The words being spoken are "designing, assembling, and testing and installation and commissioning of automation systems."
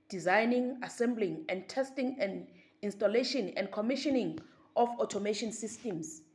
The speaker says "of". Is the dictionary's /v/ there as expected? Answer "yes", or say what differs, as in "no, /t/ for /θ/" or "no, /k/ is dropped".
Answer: no, /f/ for /v/